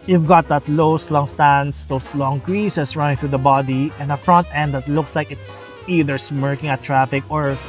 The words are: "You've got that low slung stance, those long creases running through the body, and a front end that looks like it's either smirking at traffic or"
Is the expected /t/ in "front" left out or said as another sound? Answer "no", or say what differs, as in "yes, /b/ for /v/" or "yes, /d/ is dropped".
no